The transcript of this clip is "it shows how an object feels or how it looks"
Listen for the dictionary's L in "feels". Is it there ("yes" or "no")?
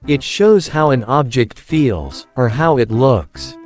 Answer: yes